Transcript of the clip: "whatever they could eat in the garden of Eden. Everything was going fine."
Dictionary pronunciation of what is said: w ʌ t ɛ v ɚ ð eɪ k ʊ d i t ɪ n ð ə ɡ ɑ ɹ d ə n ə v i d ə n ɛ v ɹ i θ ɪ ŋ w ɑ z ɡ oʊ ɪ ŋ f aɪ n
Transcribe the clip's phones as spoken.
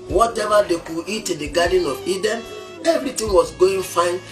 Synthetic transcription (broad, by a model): w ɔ t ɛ v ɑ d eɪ k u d i t ɪ n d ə ɡ ɑ d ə n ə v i d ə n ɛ v ɹ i t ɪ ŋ w ɑ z ɡ oʊ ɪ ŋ f aɪ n